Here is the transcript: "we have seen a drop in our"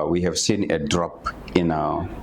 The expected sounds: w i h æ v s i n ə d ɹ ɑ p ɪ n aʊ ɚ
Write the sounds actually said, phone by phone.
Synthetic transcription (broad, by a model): w i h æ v s i n ə d ɹ ɑ p ɪ n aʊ